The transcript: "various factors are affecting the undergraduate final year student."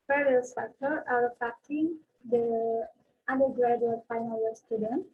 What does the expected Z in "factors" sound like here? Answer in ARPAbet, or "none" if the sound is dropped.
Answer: none